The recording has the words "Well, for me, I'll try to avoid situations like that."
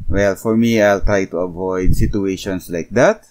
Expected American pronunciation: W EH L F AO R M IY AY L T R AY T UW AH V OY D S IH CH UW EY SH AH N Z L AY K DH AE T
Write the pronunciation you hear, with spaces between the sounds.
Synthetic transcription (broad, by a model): W EH L F AO R M IY AY L T R AY T UW AH V OY D S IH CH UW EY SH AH N S L AY K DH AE T